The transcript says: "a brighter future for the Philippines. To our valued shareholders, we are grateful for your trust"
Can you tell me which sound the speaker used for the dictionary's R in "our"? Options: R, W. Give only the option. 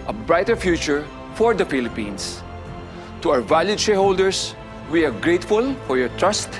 W